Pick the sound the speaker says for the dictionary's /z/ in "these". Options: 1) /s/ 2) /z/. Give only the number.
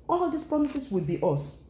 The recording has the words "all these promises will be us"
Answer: 1